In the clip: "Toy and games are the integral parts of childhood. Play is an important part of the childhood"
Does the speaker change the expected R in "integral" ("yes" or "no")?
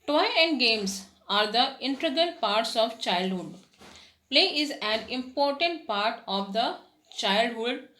yes